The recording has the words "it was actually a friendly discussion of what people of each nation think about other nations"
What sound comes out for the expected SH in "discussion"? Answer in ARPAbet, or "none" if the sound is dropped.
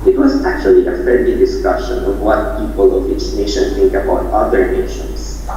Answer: SH